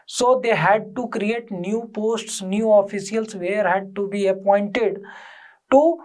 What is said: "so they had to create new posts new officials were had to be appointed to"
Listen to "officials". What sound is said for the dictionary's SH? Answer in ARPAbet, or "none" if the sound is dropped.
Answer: S